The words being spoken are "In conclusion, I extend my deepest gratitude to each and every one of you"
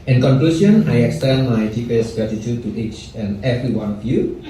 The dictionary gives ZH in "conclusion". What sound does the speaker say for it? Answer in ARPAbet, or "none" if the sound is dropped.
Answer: S